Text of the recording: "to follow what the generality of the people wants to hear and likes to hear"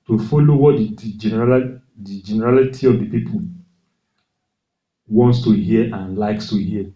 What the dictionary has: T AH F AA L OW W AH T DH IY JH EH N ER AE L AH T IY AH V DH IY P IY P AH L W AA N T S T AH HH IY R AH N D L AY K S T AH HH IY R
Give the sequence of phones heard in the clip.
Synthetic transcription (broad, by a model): T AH F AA L OW W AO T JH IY JH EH N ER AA L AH T IY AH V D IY P IY P AH L W AA N T S T AH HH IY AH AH N L AY K S T AH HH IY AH